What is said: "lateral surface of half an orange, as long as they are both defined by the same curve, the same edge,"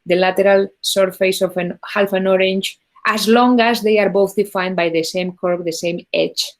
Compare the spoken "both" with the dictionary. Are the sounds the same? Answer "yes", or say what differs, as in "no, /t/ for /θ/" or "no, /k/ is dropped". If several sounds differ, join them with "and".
yes